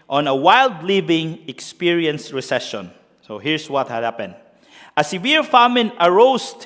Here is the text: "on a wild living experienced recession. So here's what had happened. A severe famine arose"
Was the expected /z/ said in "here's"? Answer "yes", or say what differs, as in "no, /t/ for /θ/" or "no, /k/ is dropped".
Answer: no, /s/ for /z/